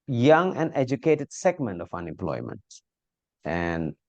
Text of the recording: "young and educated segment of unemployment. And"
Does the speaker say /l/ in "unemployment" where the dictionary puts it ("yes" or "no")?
yes